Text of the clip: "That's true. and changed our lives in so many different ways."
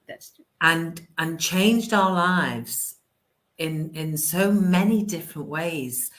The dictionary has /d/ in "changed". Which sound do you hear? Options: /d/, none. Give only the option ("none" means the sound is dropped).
/d/